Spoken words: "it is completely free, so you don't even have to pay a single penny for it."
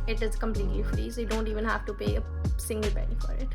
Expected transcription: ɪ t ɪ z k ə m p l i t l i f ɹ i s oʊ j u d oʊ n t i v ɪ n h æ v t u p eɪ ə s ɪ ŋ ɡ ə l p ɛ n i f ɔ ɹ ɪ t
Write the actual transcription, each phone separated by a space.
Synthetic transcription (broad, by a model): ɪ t ɪ z k ə m p l i t l i f ɹ i s oʊ j u d oʊ n t i v ɪ n h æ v t u p eɪ ə s ɪ ŋ ɡ ə l b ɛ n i f ɔ ɹ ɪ t